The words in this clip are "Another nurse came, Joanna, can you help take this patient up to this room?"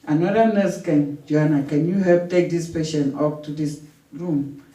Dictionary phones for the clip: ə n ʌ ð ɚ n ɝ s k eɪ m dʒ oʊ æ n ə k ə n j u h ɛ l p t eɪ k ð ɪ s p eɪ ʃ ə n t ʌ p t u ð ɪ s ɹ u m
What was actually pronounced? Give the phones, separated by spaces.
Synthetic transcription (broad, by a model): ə n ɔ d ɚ n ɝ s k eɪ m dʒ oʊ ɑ n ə k ə n j u h ɛ l p t eɪ k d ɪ s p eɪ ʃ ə n ɔ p t u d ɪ s ɹ u m